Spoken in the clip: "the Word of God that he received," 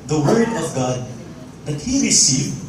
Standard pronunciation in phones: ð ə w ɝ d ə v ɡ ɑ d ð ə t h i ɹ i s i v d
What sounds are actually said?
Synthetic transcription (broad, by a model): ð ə w ɝ d ə v ɡ ɑ d ð ə t h i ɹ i s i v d